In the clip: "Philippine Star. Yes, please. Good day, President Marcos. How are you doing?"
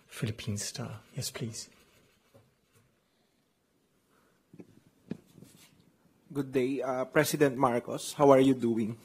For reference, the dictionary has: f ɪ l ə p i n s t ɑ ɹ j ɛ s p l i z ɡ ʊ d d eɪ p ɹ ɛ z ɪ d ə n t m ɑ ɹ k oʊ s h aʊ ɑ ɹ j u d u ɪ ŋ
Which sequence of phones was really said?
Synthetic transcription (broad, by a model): f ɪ l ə p i n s t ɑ j ɛ s p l i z ɡ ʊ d d eɪ p ɹ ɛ s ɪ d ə n t m ɑ ɹ k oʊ s h aʊ ɑ ɹ j u d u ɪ ŋ